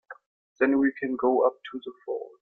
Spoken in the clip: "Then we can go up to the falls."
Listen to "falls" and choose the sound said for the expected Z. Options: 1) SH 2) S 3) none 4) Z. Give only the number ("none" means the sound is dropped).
3